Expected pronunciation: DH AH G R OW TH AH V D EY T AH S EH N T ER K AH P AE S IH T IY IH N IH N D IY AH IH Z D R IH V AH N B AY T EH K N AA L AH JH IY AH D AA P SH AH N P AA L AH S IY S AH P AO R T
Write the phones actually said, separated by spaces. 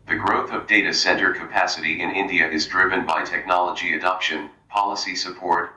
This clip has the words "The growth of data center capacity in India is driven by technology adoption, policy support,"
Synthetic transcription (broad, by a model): DH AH G R OW TH AH V D EY T AH S EH N T ER K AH P AE S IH T IY IH N IH N D IY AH IH Z D R IH V AH N B AY T EH K N AA L AH JH IY AH D AA P SH AH N P AA L AH S IY S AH P AO R T